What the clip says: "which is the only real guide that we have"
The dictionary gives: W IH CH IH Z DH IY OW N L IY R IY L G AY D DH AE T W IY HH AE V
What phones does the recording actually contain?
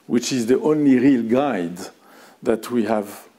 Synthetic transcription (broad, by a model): W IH CH IH Z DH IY OW N L IY R IY L G AY D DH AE T W IY HH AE V